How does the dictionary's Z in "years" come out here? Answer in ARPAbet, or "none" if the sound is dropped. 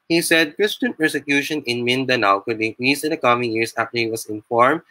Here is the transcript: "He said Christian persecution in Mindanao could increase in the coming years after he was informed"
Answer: S